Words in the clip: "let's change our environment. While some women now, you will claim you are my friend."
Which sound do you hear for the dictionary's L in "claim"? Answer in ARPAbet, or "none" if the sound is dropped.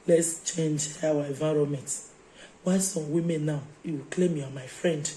L